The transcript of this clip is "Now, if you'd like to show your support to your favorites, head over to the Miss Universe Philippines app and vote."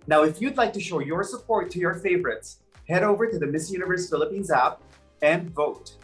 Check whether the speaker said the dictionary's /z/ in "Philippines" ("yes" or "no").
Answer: yes